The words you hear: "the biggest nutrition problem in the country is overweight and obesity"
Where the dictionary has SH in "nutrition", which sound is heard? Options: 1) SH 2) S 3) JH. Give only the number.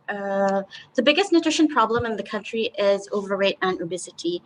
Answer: 1